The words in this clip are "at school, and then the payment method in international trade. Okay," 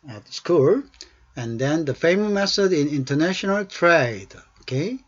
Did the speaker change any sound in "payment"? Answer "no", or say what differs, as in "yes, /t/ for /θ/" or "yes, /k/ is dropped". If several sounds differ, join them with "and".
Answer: yes, /f/ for /p/